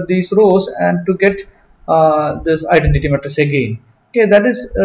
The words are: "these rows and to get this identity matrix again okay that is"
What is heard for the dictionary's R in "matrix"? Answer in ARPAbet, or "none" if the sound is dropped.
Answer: none